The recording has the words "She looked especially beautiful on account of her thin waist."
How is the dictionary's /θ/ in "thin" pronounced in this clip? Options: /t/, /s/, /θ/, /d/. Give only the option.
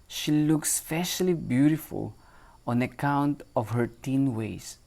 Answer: /t/